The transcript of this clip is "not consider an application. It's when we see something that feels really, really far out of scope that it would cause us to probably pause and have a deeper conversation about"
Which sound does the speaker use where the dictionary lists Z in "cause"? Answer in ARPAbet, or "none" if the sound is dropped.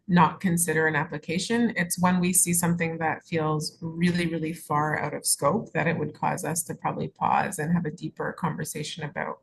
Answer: Z